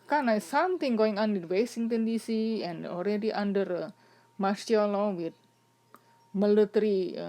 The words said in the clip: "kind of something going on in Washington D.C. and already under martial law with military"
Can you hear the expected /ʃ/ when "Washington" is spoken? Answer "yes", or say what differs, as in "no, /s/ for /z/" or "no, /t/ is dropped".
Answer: no, /s/ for /ʃ/